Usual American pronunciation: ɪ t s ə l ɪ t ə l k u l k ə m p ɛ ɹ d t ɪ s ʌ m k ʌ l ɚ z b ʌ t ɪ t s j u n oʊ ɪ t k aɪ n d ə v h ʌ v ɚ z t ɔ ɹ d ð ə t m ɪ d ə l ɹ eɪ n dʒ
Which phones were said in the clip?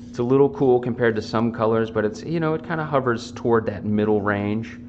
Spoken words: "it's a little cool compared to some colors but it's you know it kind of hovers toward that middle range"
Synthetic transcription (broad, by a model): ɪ t s ə l ɪ t l k u l k ə m p ɛ ɹ d t ɪ s ʌ m k ʌ l ɚ z b ʌ t ɪ t s j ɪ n oʊ ɪ t k aɪ n d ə h ʌ v ɚ z t ɔ ɹ d ð ə t m ɪ d l ɹ eɪ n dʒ